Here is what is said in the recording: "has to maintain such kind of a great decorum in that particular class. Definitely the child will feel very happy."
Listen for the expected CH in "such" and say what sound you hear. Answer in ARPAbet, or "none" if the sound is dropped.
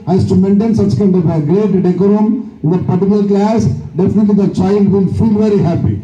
CH